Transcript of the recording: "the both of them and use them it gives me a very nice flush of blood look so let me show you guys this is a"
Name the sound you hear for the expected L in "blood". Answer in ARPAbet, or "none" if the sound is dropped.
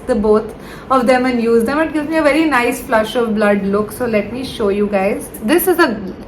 L